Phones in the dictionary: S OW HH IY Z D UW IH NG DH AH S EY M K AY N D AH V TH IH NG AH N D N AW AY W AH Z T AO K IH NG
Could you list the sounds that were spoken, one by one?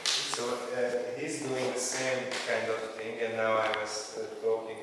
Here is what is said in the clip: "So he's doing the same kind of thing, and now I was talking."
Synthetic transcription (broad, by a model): S OW HH IY Z D UW IH NG DH AH S EY M K AY N D AH V TH IH NG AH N N AW AY W AH Z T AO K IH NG